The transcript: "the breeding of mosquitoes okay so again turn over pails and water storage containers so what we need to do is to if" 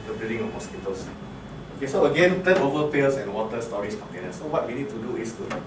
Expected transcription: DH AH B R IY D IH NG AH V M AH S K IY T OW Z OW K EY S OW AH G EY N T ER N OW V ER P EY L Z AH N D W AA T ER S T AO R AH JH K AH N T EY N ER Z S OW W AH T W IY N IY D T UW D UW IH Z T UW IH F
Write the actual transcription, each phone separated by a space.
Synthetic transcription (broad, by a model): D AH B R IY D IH NG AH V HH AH S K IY T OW S OW K EY S OW AH G EY N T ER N OW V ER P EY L S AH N W AA T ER S T AO R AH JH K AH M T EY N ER S OW W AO T W IY N IY D T UW D UW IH S T UW